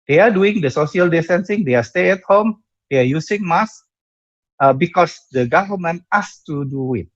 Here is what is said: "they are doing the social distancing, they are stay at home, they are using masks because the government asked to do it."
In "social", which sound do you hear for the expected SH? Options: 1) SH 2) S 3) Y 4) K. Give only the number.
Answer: 2